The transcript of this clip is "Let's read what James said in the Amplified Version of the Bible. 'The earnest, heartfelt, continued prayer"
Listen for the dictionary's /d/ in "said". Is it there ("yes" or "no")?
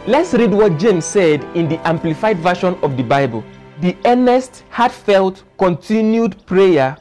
yes